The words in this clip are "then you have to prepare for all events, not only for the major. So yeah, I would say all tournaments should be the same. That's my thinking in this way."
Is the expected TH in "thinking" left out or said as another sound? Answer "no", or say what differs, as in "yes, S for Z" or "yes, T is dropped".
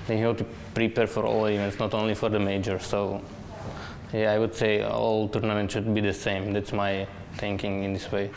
yes, T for TH